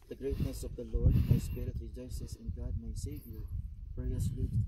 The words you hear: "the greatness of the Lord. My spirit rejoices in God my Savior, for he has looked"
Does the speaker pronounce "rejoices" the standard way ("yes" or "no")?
no